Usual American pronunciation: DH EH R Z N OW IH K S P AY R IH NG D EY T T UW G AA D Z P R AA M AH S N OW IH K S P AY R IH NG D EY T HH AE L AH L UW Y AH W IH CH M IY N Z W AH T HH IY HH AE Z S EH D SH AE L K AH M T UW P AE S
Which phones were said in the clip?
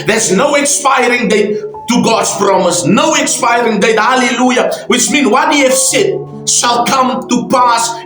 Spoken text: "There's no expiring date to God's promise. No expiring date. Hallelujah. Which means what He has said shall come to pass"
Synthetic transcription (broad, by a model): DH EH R Z N OW IH K S P AY R IH NG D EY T T UW G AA D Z P R AA M AH S N OW IH K S P AY R IH NG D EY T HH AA L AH L UW Y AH W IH CH M IY N W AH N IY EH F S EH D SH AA L K AH M T UW P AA S